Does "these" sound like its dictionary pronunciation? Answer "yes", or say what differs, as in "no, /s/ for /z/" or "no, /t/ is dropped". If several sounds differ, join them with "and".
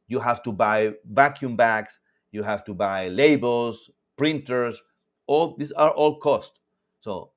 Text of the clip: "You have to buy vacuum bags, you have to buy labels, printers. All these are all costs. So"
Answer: no, /s/ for /z/